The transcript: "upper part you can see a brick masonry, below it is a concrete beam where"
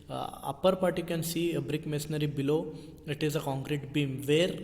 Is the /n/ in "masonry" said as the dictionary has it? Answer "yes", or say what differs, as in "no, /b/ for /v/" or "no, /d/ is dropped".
no, /n/ is dropped